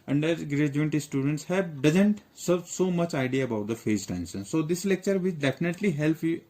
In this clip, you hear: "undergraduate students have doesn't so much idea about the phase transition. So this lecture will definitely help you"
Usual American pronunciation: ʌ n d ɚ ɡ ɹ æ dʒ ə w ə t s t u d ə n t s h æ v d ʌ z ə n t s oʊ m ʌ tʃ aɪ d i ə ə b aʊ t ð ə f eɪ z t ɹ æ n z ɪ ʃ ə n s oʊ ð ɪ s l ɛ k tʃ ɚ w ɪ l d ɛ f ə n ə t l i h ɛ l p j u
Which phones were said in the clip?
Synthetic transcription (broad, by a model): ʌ n d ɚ ɡ ɹ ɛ dʒ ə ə t s t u d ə n t s h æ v d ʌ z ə n t s oʊ m ʌ tʃ aɪ d i ə ə b aʊ t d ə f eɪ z t æ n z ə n s oʊ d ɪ s l ɛ k tʃ ɚ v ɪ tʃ d ɛ f ə n ə t l i h ɛ l p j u